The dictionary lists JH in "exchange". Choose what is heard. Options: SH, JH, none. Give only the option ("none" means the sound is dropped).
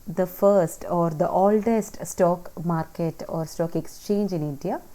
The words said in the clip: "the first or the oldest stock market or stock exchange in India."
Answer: JH